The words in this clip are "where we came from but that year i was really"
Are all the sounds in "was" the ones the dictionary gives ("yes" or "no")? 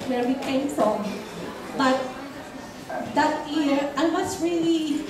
no